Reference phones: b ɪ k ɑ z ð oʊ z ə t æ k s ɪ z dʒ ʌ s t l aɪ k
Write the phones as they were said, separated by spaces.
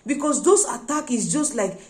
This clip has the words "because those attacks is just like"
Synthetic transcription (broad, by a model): b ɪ k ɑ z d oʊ s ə t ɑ k ɪ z dʒ ʌ s t l aɪ k